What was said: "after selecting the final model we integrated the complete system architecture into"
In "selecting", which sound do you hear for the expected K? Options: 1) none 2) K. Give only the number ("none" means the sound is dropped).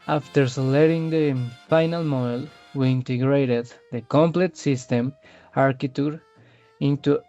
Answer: 1